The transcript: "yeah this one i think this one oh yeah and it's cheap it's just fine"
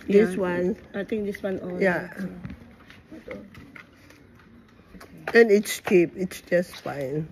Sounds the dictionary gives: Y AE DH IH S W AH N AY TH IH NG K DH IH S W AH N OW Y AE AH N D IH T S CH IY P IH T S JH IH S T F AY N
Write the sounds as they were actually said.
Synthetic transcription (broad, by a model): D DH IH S W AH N AY T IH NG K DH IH S W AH N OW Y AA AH N IH T S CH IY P IH T S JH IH S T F AY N